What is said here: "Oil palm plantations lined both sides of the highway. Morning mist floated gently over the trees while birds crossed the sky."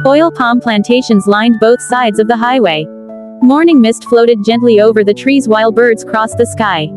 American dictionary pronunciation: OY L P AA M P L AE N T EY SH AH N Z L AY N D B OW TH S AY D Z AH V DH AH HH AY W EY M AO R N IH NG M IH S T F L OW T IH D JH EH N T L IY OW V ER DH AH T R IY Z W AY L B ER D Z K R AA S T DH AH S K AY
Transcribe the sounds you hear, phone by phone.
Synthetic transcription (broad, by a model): OY L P AA M P L AE N T EY SH AH N Z L AY N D B OW TH S AY D Z AH V DH AH HH AY W EY M AO R N IH NG M IH S T F L OW T IH D JH EH N T L IY OW V ER DH AH T R IY Z W AY L B ER D Z K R AA S DH AH S K AY